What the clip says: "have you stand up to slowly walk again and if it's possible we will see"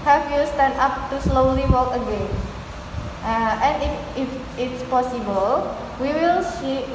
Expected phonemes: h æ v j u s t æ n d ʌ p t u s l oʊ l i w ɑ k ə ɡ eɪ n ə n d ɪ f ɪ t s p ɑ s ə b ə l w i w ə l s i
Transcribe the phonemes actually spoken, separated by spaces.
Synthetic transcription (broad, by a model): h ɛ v j u s t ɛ n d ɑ p t u s l oʊ l i w ɑ k ə ɡ eɪ n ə n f ɪ f ɪ t s p ɑ s ə b ə l w i w ə l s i